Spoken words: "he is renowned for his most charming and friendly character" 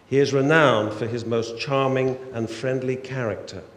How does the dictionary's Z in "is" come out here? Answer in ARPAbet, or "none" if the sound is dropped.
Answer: Z